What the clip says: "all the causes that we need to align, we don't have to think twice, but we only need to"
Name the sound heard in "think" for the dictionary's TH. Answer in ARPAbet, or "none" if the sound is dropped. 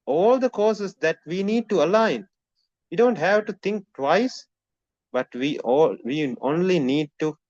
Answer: T